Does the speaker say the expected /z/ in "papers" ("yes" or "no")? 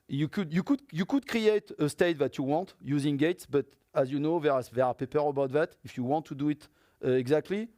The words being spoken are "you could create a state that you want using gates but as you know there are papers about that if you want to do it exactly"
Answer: no